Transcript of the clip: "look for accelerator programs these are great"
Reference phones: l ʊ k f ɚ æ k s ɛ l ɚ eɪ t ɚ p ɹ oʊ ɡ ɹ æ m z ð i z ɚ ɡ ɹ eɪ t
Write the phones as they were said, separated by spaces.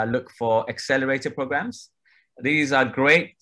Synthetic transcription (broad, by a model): l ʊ k f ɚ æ k s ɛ l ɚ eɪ t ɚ p ɹ oʊ ɡ ɹ æ m z ð i z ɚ ɡ ɹ eɪ t